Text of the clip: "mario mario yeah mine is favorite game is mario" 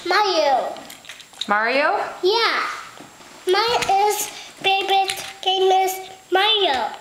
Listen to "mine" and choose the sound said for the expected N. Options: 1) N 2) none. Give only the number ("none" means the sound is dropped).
2